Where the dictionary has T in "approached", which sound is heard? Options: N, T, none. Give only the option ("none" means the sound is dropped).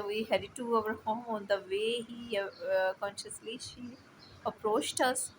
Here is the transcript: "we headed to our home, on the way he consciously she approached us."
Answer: T